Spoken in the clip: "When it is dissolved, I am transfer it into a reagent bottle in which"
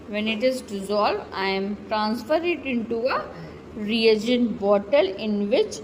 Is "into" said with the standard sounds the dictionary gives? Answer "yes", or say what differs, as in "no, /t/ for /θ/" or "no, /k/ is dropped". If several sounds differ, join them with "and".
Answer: yes